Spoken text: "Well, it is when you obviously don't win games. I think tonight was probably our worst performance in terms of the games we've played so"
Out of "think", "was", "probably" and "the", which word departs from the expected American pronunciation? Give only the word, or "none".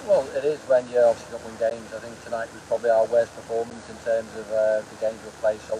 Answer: none